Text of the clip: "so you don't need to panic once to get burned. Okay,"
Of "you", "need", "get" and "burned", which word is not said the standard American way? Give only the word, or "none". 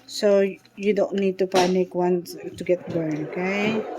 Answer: burned